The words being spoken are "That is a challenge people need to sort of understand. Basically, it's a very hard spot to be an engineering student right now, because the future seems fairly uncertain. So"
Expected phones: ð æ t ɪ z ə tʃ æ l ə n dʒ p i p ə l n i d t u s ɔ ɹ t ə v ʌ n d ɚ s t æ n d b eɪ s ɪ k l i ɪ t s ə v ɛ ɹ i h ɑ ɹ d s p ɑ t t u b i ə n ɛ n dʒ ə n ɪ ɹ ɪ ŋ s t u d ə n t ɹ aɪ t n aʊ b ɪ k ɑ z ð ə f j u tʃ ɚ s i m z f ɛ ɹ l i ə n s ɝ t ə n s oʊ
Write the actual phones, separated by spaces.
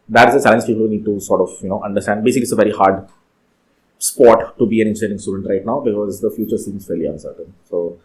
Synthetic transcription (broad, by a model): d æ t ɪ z ə tʃ æ l ə n dʒ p i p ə l n i d t u s ɔ ɹ t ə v ʌ n d ɚ s t æ n d b eɪ s ɪ k l i ɪ t s ə v ɛ ɹ i h ɑ ɹ d s p ɑ t t u b i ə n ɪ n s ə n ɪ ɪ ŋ s t u d ə n t ɹ aɪ t n aʊ b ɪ k ɑ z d ə f j u tʃ ɚ s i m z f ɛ l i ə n s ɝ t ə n s oʊ